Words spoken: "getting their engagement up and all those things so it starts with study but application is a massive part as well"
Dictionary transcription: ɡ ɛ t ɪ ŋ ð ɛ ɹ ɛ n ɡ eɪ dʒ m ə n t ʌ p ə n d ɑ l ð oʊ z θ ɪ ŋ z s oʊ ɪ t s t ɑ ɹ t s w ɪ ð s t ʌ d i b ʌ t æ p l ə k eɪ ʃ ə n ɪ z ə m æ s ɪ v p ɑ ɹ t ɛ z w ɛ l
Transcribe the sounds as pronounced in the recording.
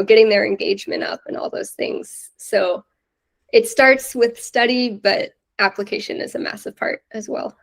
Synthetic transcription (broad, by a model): ɡ ɛ t ɪ ŋ ð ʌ ɹ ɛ n ɡ eɪ dʒ m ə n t ʌ p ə n ɑ l ð oʊ z θ ɪ ŋ z s oʊ ɪ t s t ɑ ɹ t s w ɪ ð s t ʌ d i b ʌ t æ p l ə k eɪ ʃ ə n ɪ z ə m æ s ɪ v p ɑ ɹ t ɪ z w ɛ l